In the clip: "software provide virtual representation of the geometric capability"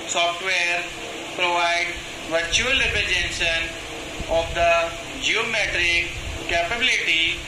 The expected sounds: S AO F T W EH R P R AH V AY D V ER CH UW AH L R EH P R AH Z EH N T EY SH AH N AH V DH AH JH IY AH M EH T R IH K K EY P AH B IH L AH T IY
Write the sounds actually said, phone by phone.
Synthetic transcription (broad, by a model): S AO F T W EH R P R AH V AY D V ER CH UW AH L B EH R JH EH N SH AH N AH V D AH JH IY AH M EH T R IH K K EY P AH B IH L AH T IY